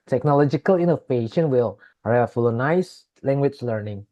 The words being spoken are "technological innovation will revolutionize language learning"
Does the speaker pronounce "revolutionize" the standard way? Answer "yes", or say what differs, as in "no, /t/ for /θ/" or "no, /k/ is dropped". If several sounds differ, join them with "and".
no, /f/ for /v/ and /s/ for /z/